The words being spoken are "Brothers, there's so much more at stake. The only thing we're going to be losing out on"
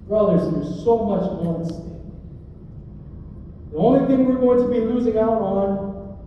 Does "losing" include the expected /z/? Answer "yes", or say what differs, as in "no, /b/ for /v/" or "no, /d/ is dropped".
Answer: yes